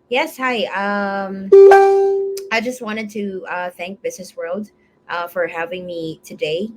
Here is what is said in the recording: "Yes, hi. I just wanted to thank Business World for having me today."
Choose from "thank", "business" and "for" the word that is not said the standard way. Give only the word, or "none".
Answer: none